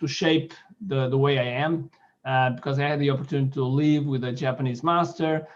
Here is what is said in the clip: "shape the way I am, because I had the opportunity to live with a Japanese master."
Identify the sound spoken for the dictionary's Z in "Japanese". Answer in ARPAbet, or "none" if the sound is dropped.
Z